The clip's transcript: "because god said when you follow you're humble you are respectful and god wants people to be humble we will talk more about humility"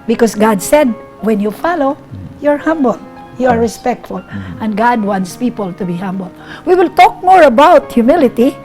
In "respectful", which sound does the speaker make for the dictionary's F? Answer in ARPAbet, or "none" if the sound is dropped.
F